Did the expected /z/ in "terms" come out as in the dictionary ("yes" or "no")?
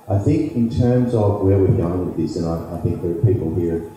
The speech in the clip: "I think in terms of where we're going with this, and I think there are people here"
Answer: yes